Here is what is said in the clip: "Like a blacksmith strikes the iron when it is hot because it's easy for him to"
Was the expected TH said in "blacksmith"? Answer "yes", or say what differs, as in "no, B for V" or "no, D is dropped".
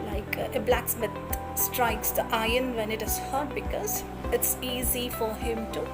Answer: no, T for TH